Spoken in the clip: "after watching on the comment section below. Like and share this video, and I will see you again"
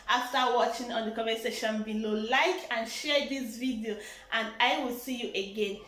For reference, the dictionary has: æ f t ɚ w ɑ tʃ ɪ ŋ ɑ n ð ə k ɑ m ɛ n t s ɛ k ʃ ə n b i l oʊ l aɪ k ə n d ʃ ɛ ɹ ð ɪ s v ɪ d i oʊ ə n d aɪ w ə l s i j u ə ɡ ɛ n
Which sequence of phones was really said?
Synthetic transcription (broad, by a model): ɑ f t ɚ w ɑ tʃ ɪ ŋ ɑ n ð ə k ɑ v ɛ s ɛ ʃ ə n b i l oʊ l aɪ k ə n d ʃ ɛ ɹ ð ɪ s v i d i oʊ ə n d aɪ w ə l s i j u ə ɡ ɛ n